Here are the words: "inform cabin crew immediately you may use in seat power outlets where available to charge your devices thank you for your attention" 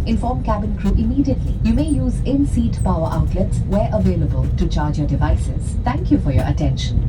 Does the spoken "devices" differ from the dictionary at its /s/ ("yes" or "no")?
no